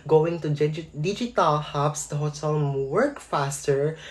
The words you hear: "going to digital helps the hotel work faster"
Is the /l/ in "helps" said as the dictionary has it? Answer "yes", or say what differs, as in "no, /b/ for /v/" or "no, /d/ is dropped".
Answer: no, /l/ is dropped